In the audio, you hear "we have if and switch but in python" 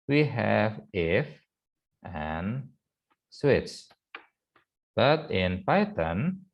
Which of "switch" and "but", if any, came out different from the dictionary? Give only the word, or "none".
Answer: switch